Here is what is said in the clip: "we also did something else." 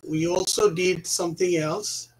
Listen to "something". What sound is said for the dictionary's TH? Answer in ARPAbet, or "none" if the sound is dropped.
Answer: TH